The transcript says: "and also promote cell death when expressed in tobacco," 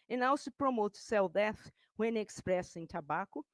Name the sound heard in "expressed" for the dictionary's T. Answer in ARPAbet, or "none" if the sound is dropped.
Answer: none